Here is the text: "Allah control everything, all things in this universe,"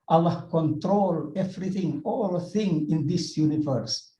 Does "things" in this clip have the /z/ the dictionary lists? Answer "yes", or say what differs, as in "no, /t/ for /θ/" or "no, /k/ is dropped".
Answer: no, /z/ is dropped